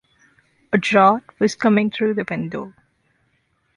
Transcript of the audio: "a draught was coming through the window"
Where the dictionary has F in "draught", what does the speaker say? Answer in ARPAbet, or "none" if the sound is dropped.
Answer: none